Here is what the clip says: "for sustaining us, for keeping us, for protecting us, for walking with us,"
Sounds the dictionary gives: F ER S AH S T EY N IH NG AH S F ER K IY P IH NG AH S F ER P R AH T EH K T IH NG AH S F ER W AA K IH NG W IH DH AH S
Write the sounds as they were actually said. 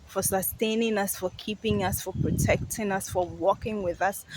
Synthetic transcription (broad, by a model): F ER S AH S T EY N IH NG AH S F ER K IY P IH NG AH S F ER P R AH T EH K T IH NG AH S F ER W AA K IH NG W IH DH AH S